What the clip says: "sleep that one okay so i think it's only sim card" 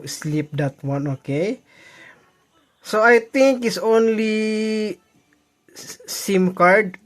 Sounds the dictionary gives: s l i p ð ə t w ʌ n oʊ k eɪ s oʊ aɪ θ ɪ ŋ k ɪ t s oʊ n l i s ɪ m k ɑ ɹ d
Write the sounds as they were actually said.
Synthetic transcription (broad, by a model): s l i p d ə t w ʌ n oʊ k eɪ s oʊ aɪ t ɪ ŋ k ɪ t s oʊ n l i s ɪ m k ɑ ɹ d